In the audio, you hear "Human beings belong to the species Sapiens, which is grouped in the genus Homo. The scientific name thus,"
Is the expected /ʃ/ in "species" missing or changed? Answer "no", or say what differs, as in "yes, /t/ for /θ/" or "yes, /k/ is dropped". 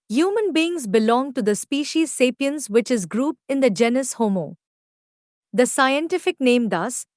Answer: no